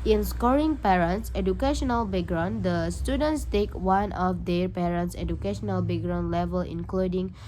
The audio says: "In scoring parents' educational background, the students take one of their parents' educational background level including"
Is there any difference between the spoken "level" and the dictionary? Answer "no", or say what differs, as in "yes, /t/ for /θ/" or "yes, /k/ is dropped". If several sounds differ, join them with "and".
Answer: no